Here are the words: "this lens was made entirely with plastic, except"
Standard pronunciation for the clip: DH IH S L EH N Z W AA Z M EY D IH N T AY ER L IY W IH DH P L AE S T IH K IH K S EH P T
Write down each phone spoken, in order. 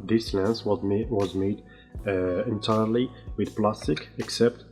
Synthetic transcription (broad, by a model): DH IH S L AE N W W AA Z M EY D IH N T AY ER L IY W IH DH P L AE S T IH K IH K S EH P T